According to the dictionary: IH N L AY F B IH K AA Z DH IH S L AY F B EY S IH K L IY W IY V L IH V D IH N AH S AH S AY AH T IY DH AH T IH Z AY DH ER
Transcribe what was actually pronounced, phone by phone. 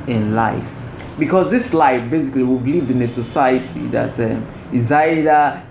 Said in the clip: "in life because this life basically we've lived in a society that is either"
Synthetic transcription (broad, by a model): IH N L AY F B IH K AA Z DH IH S L AY F B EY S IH K L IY W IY B L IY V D IH N AH S AH S AY AH T IY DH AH T IH Z AY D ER